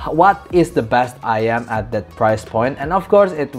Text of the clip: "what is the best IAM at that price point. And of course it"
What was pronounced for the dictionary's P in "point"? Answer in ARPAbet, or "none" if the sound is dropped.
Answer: P